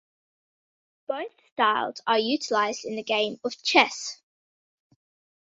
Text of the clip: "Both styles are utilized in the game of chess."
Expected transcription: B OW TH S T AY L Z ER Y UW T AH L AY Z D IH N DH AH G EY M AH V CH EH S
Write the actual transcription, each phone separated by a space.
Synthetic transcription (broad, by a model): B OW TH S T AY L Z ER Y UW T AH L AY Z D IH N DH AH G EY M AH V CH EH S